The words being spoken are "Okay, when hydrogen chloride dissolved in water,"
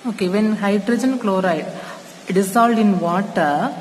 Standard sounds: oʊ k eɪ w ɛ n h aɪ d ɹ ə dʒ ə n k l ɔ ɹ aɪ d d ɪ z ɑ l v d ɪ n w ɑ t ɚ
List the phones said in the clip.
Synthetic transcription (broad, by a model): oʊ k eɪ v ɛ n h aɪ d ɹ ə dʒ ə n k l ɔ ɹ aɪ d d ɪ s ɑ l d ɪ n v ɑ t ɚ